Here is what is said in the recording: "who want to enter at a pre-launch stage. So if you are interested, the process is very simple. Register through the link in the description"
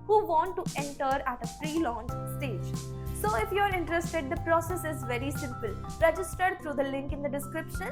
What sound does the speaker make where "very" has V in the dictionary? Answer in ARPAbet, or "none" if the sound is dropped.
V